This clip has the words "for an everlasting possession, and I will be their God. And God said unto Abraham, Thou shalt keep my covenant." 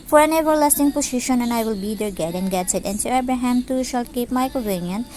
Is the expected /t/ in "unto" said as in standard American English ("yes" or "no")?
no